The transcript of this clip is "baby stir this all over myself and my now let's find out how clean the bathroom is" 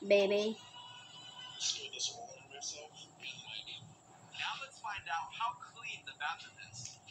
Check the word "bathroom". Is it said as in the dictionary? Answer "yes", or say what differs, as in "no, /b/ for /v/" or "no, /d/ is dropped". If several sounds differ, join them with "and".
no, /ɹ/ is dropped and /m/ is dropped